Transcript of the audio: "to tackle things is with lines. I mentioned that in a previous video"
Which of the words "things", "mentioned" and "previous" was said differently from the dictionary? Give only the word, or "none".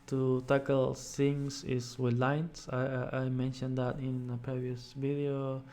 things